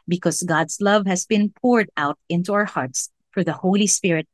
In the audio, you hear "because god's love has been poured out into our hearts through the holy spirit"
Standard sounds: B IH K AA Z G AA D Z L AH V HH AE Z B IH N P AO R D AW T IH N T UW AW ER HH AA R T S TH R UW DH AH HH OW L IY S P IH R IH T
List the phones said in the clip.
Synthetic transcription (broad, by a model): B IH K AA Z G AA D S L AH V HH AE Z B IH N P AO R D AW T IH N T UW AW ER HH AA R T S F R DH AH HH OW L IY S P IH R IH T